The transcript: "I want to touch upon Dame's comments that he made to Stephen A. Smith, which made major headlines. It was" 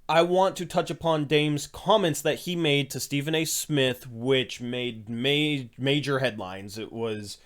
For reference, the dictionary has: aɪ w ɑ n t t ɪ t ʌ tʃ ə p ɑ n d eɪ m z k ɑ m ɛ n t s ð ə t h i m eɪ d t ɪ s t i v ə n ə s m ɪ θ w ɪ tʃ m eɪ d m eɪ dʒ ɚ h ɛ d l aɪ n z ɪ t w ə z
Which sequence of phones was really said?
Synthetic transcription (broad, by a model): aɪ w ɑ n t t ɪ t ʌ tʃ ə p ɑ n d eɪ m z k ɑ m ɛ n t s ð ə t h i m eɪ d t ɪ s t i v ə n ə s m ɪ θ w ɪ tʃ m eɪ d m eɪ dʒ ɚ h ɛ d l aɪ n z ɪ t w ə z